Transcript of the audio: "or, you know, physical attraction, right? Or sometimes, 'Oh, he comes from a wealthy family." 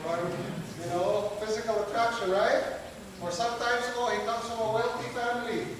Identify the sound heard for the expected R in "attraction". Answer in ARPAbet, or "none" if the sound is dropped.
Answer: R